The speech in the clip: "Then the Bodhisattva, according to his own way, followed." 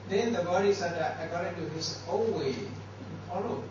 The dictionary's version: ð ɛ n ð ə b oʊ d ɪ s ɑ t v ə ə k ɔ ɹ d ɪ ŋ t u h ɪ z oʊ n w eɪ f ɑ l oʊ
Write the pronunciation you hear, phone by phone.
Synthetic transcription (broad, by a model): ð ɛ n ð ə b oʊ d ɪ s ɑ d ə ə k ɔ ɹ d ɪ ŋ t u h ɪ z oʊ l w eɪ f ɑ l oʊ